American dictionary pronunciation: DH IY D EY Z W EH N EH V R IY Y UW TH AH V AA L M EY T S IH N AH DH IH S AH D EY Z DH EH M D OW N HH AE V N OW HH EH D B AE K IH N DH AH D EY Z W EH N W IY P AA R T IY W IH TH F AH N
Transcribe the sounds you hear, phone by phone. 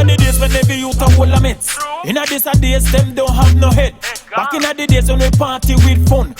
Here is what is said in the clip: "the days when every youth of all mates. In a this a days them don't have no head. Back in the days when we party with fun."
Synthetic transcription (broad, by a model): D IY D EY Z W EH N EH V IY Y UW T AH W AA L M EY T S IH N AH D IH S AH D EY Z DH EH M D OW N HH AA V N OW HH EH D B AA K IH N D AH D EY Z W EH N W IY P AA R T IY W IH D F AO N